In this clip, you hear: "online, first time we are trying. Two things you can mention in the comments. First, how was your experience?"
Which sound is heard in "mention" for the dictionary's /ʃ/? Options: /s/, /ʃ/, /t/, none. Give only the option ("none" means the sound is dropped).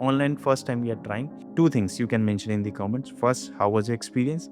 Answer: /ʃ/